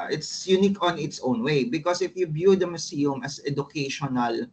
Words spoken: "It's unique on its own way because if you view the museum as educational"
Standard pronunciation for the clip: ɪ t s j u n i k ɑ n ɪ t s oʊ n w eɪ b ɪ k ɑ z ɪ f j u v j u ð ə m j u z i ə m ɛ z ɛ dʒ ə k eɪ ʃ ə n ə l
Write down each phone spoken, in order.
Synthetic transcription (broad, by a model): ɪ t s j u n i k ɑ n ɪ t s oʊ n w eɪ b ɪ k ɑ s ɪ f j u b j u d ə m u s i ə m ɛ s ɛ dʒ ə k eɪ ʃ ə n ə l